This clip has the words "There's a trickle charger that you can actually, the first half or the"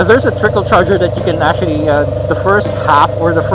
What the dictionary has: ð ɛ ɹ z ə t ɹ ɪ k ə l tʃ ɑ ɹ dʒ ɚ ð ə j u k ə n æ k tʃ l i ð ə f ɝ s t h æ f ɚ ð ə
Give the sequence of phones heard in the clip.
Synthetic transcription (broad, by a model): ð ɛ ɹ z ə t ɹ ɪ k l tʃ ɑ ɹ dʒ ɚ ð ə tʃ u k ə n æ tʃ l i ð ə f ɝ s t h æ f ɚ ð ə